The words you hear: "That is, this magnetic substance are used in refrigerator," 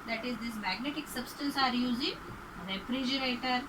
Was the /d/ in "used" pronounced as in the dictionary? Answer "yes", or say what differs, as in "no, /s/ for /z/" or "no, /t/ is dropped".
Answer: no, /d/ is dropped